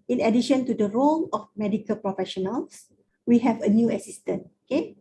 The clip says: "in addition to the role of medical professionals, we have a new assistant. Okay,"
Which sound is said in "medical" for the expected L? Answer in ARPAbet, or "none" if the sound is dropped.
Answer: L